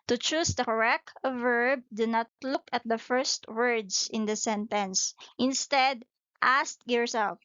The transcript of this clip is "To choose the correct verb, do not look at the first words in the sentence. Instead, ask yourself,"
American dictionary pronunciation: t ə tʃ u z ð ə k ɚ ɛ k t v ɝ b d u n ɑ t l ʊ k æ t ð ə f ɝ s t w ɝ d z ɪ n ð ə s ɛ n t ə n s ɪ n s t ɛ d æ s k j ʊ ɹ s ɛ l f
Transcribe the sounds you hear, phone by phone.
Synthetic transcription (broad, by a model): t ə tʃ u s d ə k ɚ ɛ k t v ɝ b d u n ɑ t l ʊ k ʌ t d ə f ɝ s t w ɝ d s ɪ n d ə s ɛ n t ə n s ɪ n s t ɛ d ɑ s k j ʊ ɹ s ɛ l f